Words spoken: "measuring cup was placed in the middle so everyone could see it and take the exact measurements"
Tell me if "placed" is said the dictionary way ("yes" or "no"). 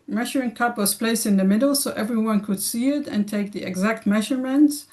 yes